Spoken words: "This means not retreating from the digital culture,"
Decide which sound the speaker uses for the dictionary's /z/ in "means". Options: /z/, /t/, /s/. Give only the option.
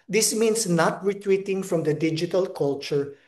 /s/